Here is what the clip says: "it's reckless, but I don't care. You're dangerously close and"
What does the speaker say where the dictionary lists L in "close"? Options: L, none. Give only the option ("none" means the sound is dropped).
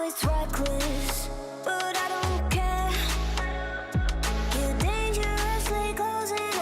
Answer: none